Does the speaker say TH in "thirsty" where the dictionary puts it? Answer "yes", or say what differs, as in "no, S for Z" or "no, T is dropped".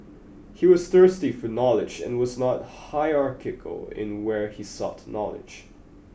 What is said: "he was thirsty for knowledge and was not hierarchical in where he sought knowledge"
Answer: yes